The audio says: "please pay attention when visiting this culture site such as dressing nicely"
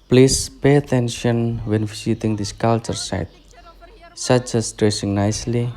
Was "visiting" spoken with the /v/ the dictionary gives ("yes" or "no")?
no